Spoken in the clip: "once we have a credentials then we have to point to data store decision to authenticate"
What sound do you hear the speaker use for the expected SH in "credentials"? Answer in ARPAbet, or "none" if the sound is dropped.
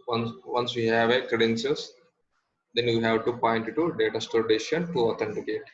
S